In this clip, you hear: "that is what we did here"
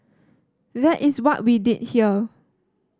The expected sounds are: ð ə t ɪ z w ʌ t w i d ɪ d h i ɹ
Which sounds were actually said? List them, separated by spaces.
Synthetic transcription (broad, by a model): ð ə t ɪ s w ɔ t w i d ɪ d h i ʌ